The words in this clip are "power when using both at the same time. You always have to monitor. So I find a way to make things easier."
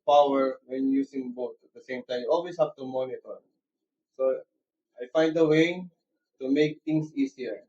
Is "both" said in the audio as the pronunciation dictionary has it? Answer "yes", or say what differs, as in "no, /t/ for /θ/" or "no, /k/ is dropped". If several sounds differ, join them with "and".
no, /t/ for /θ/